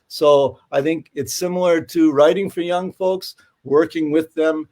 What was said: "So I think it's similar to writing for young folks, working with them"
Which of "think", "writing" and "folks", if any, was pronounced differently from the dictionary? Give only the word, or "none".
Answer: none